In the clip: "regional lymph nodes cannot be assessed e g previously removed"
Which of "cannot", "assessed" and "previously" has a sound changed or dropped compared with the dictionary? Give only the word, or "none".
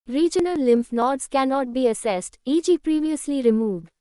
none